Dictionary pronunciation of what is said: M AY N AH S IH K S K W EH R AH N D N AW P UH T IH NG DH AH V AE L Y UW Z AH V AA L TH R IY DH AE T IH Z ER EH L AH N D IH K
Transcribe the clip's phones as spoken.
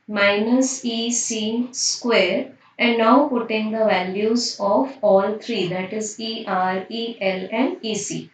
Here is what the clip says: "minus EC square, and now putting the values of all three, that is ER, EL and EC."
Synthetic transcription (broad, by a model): M AY N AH S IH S S K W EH R AH N D N AW P UH T IH NG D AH V AE L Y UW Z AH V AA L T R IY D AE T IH Z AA EH L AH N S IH